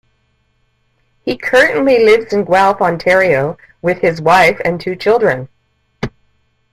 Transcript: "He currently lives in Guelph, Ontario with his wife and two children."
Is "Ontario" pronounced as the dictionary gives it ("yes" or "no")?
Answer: yes